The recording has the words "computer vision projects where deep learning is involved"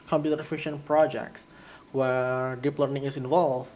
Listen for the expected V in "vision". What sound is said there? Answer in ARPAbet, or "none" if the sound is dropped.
F